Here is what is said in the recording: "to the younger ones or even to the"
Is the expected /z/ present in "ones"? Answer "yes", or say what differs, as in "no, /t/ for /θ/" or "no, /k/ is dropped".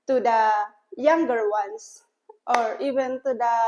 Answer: no, /s/ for /z/